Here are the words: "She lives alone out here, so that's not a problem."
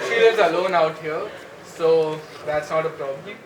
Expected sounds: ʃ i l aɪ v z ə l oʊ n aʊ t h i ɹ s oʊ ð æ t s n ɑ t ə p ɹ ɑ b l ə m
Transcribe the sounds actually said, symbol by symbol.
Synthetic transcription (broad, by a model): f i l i z ə l oʊ n aʊ t h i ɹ s oʊ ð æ t s n ɑ t ə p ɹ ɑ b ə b